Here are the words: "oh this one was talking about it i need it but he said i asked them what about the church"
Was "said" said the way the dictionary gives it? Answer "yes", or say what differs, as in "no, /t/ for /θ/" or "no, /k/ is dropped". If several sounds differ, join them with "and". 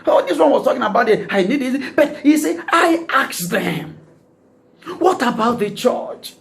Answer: no, /d/ is dropped